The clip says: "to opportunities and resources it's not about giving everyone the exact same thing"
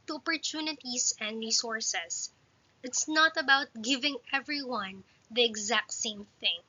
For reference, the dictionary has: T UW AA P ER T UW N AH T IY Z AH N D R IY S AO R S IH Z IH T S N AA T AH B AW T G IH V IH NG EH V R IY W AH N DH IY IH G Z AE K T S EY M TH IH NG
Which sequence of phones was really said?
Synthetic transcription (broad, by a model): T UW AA P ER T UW N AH T IY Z AH N D R IY S AO R S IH S IH T S N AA T AH B AW T G IH V IH NG EH V R IY W AH N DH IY IH G Z AE K T S EY M TH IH NG